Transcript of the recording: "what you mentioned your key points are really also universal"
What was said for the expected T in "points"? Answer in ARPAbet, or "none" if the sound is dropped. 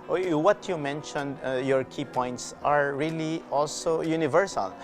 T